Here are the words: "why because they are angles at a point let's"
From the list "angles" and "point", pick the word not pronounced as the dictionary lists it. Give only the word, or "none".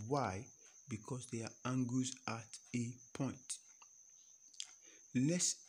angles